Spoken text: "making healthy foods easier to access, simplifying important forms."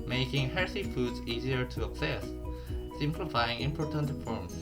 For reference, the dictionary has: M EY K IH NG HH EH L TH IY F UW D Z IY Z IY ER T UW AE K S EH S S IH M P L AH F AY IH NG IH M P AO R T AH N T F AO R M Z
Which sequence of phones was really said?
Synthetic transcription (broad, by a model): M EY K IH NG HH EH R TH IY F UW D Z IY Z IY ER T UW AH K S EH S S IH M P L AH F AY IH NG IH M P AO R T AH N T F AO R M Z